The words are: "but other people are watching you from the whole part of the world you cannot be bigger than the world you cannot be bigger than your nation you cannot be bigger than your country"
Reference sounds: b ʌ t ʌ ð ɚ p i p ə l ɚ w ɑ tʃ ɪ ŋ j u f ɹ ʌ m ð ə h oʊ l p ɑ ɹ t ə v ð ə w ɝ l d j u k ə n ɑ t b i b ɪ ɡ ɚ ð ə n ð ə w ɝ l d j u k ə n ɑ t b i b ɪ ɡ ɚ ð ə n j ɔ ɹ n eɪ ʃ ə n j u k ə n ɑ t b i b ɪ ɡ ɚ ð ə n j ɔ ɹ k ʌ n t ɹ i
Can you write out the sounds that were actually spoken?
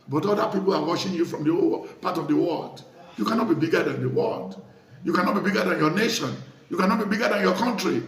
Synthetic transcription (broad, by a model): b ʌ t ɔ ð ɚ p i p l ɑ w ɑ ʃ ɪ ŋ j u f ɹ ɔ m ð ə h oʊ p ɑ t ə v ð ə w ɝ l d j u k ə n ɑ t b i b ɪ ɡ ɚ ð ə n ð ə w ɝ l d j u k ə n ɑ t b i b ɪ ɡ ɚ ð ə n j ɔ n eɪ ʃ ə n j u k ə n ɑ t b i b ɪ ɡ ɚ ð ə n j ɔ k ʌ n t ɹ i